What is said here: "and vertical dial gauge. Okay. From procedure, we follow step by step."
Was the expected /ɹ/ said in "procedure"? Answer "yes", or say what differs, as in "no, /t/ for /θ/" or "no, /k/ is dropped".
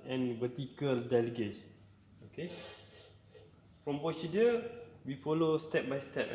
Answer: no, /ɹ/ is dropped